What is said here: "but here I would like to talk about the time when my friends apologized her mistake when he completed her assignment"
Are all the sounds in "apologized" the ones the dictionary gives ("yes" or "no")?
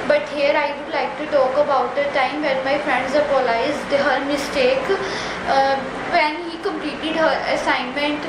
no